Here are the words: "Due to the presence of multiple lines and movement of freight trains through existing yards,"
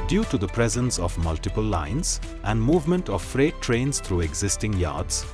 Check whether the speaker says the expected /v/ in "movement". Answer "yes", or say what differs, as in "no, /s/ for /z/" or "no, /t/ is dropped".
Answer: yes